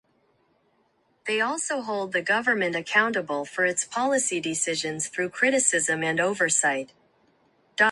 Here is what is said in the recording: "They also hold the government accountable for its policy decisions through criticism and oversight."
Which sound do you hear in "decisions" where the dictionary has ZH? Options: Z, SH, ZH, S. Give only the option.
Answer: ZH